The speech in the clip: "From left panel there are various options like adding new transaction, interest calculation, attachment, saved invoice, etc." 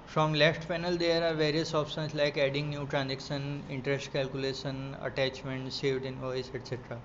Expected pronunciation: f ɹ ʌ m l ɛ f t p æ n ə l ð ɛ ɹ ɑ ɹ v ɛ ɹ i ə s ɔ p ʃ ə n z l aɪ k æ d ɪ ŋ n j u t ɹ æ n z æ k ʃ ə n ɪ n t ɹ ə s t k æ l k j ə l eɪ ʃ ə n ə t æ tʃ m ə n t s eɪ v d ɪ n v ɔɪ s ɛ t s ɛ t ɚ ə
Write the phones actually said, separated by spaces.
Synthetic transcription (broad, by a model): f ɹ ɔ m l ɛ f t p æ n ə l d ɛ ɹ ɑ ɹ v ɛ ɹ i ə s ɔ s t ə n s l aɪ k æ d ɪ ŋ n j u t ɹ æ n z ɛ k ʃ ə n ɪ n t ɹ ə s t k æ l k j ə l eɪ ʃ ə n ə t æ tʃ m ə n t s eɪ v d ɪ n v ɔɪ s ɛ t s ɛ t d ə